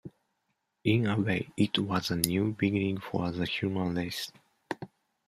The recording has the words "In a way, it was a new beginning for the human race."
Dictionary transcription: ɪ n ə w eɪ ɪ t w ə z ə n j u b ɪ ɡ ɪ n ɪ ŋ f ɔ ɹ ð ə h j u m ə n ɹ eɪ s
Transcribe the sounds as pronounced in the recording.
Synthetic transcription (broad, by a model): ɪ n ə w eɪ ɪ t w ə z ə n j u b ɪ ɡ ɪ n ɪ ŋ f ɔ ɹ ð ə h j u m ə n l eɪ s